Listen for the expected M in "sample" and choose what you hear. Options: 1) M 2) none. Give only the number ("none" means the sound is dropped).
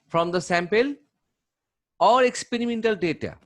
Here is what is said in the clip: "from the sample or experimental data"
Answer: 1